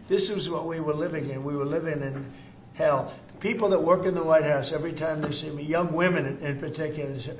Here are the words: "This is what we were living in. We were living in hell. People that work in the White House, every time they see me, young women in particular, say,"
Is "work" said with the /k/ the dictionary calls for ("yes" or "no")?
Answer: yes